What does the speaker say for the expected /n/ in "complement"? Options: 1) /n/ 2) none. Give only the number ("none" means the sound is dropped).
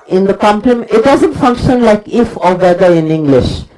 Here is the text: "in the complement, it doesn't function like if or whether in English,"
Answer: 2